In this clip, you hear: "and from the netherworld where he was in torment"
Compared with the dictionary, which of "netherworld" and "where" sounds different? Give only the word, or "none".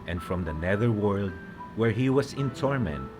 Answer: none